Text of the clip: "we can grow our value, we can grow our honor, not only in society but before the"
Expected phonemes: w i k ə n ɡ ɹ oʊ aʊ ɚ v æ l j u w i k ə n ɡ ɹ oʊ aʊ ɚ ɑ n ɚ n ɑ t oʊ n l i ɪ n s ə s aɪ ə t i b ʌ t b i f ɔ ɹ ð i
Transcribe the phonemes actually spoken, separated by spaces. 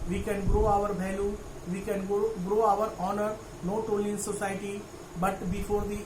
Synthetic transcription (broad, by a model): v i k ə n ɡ ɹ oʊ aʊ ɚ b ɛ l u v i k ə n ɡ ɹ oʊ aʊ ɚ ɑ n ɚ n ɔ t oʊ l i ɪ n s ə s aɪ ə t i b ʌ t b i f ɔ ɹ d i